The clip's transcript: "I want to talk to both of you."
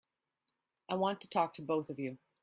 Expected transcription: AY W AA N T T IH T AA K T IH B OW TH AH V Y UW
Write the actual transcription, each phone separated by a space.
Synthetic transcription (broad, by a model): AY W AA N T T IH T AA K T IH B OW TH AH V Y UW